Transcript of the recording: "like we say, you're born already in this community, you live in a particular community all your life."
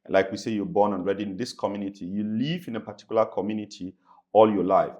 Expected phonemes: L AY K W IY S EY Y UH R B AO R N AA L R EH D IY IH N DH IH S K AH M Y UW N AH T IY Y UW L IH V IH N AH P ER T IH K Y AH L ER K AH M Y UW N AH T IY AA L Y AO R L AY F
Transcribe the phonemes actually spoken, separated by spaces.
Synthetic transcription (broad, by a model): L AY K W IY S EY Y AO B AO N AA N R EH D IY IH N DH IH S K AH M Y UW N AH T IY Y UW L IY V IH N AH P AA T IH K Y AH L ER K AH M Y UW N AH T IY AA L Y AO L AY F